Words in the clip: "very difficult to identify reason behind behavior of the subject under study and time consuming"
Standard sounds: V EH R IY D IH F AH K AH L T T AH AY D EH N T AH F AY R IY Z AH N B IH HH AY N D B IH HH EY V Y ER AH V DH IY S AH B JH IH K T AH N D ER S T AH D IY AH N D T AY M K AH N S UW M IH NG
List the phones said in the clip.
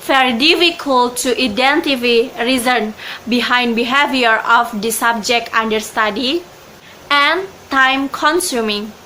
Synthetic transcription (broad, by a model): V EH R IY D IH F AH K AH L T T AH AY D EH N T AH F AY R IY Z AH N B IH HH AY N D B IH HH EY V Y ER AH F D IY S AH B JH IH K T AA N D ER S T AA D IY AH N T AY M K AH N S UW M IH NG